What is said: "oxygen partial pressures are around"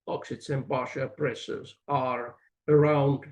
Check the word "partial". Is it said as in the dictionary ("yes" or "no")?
no